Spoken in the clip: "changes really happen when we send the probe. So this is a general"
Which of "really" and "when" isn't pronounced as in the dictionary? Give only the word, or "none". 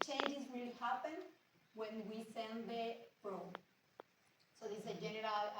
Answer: really